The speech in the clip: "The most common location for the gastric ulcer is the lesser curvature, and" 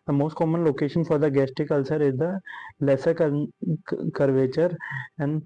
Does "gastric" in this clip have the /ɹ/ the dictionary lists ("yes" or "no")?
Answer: no